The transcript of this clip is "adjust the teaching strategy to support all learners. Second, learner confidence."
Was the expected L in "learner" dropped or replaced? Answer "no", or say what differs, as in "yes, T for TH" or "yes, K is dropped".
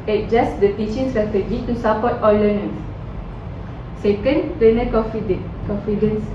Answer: yes, N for L